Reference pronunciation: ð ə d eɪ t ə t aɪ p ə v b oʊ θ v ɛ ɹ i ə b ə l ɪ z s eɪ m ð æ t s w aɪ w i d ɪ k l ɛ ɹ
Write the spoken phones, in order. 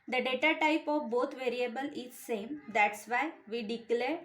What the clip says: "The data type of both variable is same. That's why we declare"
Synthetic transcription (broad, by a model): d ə d eɪ t ə t aɪ p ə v b oʊ t v ɛ ɹ i ə b ə l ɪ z s eɪ m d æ t s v aɪ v i d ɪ k l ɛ ɹ